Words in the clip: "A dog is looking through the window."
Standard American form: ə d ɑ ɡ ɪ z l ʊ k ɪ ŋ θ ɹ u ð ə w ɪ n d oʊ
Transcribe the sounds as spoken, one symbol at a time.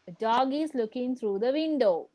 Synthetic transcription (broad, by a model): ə d ɑ ɡ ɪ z l ʊ k ɪ ŋ t ɹ u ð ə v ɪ n d oʊ